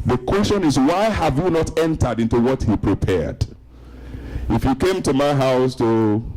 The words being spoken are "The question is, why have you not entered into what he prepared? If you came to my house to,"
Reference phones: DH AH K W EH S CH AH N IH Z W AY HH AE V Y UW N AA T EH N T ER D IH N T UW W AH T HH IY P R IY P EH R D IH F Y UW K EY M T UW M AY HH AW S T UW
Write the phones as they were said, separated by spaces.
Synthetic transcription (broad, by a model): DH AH K W EH S CH AH N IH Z W AY HH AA V Y UW N AA T EH N T ER D IH N T UW W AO T HH IY P R IY P EH R D IH F Y UW K EY M T UW M AY HH AW S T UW